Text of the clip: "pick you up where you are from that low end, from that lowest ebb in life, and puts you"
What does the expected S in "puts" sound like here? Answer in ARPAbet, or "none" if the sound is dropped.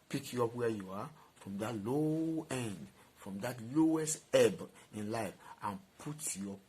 none